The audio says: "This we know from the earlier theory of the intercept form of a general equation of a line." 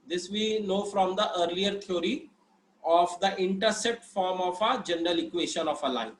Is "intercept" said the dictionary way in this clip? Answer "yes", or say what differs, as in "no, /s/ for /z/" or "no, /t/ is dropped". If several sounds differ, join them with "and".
no, /p/ is dropped